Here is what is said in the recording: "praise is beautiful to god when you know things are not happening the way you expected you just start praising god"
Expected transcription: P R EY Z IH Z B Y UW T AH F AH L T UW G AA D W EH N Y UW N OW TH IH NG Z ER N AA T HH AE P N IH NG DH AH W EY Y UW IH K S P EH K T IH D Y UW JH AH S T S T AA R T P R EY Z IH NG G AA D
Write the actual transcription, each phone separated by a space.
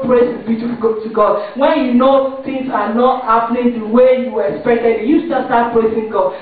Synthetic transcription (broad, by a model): P R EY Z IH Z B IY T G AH T UW G AA D W EH N Y UW N OW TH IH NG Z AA N AA T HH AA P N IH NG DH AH W EY Y UW IH K S P EH K T IH D Y UW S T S T AA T P R EY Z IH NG G AA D